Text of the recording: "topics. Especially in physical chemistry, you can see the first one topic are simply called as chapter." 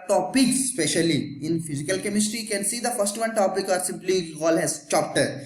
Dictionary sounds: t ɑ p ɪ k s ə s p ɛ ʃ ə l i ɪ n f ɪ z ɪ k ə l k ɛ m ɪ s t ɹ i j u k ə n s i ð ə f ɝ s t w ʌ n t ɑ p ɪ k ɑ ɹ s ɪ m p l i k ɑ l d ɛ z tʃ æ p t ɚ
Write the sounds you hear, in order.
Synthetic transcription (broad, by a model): t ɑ p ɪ k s s p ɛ ʃ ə l i ɪ n f ɪ z ɪ k ə l k ɛ m ɪ s t ɹ i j k ə n s i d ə f ɝ s t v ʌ n t ɑ p ɪ k ɑ ɹ s ɪ m p l i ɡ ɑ l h ɛ z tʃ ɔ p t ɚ